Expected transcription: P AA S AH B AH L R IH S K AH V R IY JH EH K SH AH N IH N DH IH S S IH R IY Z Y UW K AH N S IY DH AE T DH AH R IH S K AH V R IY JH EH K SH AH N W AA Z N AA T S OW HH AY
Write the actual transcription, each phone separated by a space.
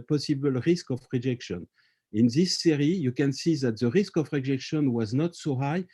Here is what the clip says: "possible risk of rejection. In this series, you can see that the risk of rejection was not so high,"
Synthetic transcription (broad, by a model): P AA S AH B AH L R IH S K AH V R IY JH EH K SH AH N IH N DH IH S S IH R IY Y UW K AH N S IY DH AE T DH AH R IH S K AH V R IY JH EH K SH AH N W AA Z N AA T S OW HH AY